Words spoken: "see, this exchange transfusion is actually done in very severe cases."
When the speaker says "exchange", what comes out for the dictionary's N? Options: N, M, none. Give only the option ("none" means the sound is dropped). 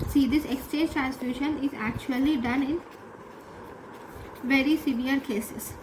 none